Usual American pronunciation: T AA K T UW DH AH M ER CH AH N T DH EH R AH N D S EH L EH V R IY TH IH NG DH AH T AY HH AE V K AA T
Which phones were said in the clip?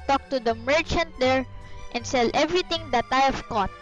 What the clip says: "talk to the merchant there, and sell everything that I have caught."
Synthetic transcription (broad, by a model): T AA K T UW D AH M ER CH AH N T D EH R AH N D S EH L EH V R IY T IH NG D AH T AY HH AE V K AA T